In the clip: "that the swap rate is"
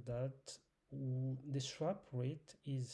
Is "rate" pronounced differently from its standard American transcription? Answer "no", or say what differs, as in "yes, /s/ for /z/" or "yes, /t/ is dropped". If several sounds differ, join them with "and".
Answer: no